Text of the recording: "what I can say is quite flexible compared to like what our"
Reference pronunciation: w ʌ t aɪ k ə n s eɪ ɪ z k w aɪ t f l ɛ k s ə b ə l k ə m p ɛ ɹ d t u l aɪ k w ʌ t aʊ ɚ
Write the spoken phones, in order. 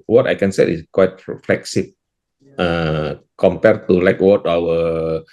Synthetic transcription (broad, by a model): w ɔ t aɪ k ə n s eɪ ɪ s k w aɪ t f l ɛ k s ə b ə k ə m p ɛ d t u l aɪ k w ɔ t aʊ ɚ